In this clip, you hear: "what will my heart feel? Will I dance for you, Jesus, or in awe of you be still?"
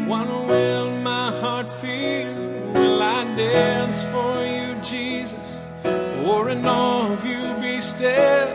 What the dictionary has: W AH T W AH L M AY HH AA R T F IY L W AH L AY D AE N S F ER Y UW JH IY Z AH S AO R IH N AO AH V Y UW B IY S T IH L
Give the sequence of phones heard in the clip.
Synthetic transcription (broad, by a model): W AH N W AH N M AY HH AA R T F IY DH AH L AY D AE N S F ER Y UW JH IY Z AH S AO R IH N AO AH V Y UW B IY S T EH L